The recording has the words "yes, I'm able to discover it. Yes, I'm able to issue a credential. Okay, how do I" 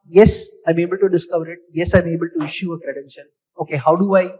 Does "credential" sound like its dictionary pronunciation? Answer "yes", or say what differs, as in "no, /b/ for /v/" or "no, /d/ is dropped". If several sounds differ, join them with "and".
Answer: no, /n/ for /l/